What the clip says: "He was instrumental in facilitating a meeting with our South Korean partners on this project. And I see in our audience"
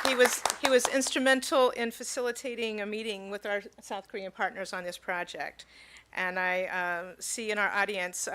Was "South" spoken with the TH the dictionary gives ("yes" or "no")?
yes